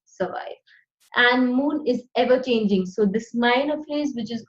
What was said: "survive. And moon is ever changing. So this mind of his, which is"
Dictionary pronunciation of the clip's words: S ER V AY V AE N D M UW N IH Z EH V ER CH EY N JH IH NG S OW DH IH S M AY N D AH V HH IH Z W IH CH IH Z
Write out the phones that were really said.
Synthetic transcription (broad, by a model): S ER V AY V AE N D M UW N IH Z EH V ER CH EY N JH IH NG S OW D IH S M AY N AH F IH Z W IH CH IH Z